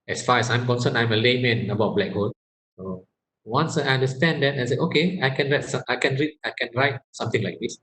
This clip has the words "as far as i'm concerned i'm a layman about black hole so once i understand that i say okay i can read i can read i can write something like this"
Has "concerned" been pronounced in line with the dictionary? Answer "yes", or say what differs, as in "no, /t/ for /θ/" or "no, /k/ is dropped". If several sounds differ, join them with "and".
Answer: no, /d/ is dropped